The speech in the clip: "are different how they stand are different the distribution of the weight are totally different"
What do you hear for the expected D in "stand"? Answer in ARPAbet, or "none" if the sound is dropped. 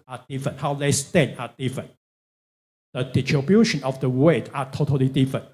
none